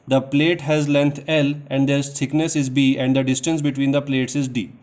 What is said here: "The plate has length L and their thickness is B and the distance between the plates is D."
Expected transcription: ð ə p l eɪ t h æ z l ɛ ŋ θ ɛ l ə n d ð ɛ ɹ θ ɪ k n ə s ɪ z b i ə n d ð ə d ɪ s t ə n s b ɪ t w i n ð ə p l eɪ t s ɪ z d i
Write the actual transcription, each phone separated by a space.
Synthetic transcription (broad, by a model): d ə p l eɪ t h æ z l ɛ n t ɛ l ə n d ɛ ɹ s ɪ k n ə s ɪ z b i ə n d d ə d ɪ s t ə n s b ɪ t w i n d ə p l eɪ t s ɪ z d i